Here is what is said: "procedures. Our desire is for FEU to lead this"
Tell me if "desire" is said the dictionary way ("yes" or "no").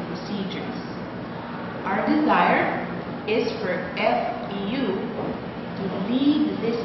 yes